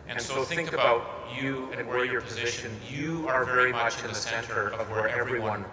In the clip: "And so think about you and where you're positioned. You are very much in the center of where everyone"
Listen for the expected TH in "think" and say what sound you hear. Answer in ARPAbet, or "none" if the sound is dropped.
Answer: TH